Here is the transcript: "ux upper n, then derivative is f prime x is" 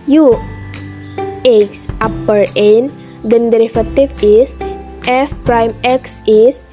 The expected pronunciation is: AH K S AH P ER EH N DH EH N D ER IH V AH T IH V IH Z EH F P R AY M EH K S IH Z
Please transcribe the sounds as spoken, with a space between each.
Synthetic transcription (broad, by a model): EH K S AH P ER EH N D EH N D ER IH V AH T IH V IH S EH F P R AY M EH K S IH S